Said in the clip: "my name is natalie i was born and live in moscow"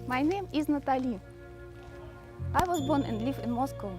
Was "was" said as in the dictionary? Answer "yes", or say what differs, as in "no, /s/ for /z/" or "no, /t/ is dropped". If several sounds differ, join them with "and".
yes